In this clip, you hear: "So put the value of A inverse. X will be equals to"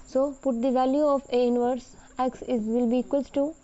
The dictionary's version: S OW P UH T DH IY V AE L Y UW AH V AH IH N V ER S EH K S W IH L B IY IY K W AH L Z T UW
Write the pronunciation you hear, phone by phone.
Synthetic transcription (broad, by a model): S OW P UH T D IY V AE L Y UW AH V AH IH N V ER S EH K S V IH L B IY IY K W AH L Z T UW